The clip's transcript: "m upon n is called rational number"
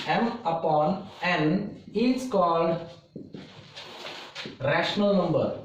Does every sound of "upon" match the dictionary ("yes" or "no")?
yes